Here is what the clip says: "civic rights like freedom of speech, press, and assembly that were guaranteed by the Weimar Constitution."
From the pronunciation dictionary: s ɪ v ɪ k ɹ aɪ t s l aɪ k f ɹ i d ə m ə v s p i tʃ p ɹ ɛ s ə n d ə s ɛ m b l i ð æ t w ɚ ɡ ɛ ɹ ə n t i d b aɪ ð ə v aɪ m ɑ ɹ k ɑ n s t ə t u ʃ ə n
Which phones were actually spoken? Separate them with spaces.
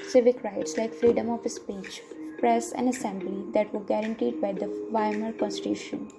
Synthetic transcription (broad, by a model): s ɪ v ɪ k ɹ aɪ t s l aɪ k f ɹ i d ə m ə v s p i tʃ p ɹ ɛ s ə n d ə s ɛ m b l i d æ t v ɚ ɡ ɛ ɹ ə n t i d b aɪ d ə v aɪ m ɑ l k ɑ n s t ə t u ʃ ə n